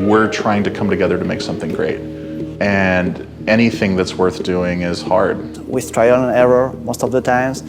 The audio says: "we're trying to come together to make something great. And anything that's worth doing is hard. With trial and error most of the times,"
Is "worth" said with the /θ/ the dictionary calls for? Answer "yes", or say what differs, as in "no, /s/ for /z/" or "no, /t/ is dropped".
yes